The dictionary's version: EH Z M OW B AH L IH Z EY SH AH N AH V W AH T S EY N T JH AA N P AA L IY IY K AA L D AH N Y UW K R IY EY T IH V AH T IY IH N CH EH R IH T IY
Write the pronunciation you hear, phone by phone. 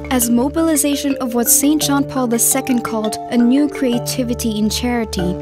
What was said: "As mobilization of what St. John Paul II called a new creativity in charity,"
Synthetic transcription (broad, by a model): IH Z M OW B AH L IH Z EY SH AH N AH V W AH T S EY N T JH AA N P AA L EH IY K AA L D AH N Y UW K R IY EY T IH V AH T IY IH N CH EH R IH T IY